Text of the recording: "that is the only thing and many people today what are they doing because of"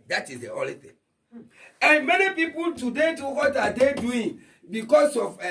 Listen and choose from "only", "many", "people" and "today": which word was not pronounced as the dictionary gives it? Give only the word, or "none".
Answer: only